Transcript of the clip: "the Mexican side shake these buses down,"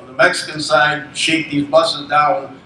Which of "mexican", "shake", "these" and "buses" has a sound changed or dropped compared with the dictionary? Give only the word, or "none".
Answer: none